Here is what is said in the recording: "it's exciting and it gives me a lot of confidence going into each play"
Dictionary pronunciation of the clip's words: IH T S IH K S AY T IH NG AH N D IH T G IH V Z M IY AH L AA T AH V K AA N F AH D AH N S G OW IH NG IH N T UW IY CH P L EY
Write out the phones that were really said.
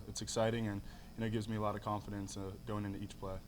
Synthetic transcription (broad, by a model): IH T S IH K S AY T IH NG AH N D IH T G IH V Z M IY AH L AA T AH V K AA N F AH D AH N S G OW IH NG IH N T UW IY CH P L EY